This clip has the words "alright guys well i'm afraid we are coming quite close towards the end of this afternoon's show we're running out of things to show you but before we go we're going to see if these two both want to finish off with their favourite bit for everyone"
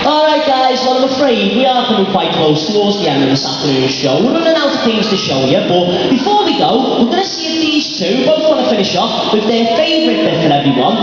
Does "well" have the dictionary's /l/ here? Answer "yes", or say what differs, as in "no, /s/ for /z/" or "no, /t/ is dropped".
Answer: no, /n/ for /l/